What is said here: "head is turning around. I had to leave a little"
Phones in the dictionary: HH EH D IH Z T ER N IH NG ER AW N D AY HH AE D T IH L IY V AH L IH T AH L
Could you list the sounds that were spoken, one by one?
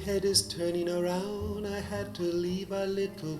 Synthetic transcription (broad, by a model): HH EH D IH Z T ER N IH NG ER AW N D AY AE D T IH L IY V AH L IH T L